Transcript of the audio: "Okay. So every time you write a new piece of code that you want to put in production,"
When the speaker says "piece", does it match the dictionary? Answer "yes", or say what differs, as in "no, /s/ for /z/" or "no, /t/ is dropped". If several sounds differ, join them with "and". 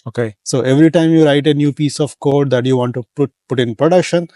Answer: yes